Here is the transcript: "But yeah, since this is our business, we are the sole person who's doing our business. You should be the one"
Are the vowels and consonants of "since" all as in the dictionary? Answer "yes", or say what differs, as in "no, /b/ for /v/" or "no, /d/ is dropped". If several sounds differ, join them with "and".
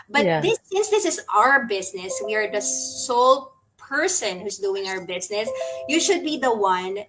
no, /n/ is dropped